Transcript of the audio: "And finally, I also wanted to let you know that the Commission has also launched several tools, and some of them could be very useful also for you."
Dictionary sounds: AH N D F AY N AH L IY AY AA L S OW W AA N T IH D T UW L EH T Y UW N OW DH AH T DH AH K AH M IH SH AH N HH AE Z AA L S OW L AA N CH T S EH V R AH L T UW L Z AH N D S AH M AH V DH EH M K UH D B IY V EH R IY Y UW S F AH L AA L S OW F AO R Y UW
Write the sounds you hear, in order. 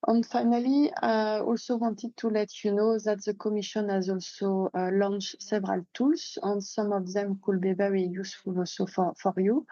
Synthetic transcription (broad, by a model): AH N F AY N AH L IY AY AA L S OW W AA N T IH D T UW L EH T Y UW N OW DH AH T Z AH K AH M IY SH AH N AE Z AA L S OW L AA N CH S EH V R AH L T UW L S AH N S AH M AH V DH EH M K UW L B IY B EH W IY Y UW S F AH L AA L S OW F AO R Y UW